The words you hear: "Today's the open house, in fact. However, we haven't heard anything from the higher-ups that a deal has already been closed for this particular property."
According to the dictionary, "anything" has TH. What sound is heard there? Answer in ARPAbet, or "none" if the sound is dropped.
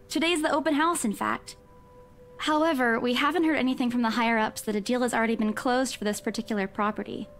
TH